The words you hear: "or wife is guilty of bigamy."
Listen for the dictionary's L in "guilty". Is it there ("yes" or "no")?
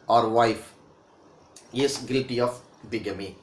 no